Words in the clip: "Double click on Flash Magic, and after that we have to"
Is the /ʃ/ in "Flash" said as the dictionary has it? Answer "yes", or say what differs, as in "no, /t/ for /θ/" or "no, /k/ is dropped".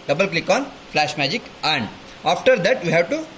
yes